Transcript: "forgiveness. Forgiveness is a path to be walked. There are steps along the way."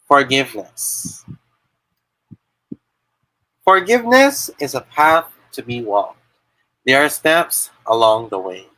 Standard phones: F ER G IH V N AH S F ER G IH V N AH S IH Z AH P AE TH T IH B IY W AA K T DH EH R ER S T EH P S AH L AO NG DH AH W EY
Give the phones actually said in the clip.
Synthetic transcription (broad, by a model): F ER G IH V N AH S F ER G IH V N AH S IH Z AH P AE TH T IH B IY W AA K T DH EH R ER S T EH P S AH L AO NG DH AH W EY